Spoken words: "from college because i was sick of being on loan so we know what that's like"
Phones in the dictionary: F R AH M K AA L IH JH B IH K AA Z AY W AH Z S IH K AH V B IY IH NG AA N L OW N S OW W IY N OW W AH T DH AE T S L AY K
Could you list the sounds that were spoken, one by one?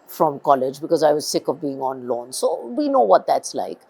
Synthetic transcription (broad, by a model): F R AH M K AA L IH JH B IH K AA Z AY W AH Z S IH K AH V B IY IH NG AA N L OW N S OW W IY N OW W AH T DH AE T S L AY K